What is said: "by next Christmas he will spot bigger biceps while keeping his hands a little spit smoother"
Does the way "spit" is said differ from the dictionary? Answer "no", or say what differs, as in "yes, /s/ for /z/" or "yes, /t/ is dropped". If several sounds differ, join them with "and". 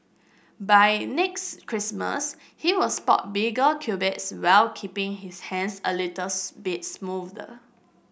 yes, /b/ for /p/